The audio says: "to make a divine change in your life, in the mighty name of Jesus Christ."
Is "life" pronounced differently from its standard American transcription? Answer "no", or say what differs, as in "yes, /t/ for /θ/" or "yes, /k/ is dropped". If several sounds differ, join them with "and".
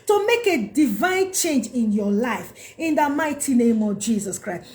no